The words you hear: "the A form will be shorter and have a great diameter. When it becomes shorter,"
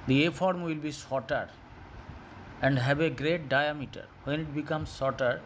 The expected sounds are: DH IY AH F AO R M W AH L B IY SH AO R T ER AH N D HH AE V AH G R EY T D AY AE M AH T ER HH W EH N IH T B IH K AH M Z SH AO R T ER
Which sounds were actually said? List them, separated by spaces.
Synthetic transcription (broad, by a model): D IY AH F AO R M W AH L B IY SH AO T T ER AH N D HH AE B AH G R EY T D AY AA M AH T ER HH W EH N IH T B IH K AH M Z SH AO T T